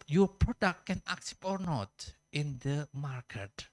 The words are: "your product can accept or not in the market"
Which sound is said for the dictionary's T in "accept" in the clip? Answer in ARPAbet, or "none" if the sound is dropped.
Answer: none